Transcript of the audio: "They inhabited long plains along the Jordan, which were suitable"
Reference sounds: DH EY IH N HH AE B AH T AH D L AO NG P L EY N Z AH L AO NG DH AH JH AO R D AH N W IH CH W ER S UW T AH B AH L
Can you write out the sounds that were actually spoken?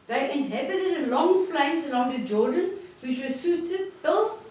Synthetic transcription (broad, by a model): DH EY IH N HH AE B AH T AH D L AO NG F L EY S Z AH L AO NG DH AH JH AO D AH N W IH CH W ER S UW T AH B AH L